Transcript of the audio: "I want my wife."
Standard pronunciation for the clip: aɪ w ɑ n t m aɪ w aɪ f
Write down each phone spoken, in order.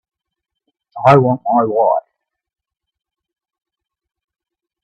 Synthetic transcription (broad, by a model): aɪ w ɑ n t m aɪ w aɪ